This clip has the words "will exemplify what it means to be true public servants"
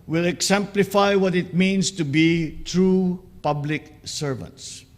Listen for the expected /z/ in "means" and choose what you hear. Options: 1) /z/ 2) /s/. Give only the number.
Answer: 2